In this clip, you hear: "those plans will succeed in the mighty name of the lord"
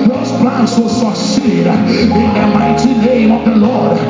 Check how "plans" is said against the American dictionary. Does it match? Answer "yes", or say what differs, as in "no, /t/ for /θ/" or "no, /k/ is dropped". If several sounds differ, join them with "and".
no, /s/ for /z/